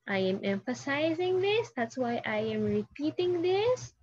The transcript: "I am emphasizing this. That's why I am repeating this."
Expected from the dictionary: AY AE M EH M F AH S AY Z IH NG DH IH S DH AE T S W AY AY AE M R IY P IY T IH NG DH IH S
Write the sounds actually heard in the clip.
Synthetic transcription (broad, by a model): AY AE M EH M F AH S AY Z IH NG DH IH S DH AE T S W AY AY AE M R IY P IY T IH NG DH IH S